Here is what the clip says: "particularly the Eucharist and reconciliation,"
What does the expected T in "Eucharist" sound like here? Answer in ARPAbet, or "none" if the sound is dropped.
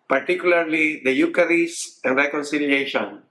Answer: none